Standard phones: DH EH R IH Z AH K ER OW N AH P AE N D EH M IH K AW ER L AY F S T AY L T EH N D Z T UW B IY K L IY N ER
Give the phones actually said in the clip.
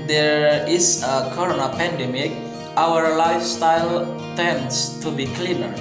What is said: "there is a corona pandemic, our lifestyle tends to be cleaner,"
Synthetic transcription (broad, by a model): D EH R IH S AH K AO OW N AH P AE N D EH M IH K AW ER L AY F S T AY L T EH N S T UW B IY K L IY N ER